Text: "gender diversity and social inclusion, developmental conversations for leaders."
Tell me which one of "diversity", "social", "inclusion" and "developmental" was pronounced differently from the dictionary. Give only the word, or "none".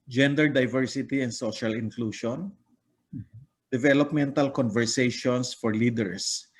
inclusion